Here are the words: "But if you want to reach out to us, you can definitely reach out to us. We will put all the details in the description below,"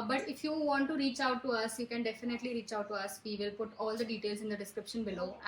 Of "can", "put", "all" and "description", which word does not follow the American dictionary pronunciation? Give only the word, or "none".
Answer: none